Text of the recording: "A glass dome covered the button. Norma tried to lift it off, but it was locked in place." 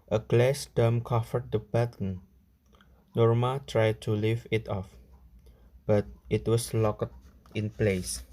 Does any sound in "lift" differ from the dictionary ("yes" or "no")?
yes